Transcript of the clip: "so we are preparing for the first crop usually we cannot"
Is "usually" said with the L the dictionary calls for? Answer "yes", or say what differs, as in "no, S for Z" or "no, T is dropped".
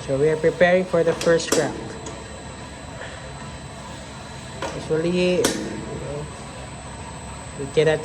no, N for L